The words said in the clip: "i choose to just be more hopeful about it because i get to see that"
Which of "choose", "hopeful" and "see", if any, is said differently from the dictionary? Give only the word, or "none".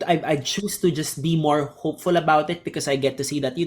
choose